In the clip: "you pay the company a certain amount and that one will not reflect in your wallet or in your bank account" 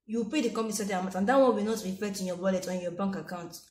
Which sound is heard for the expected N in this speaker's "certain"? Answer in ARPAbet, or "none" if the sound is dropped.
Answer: none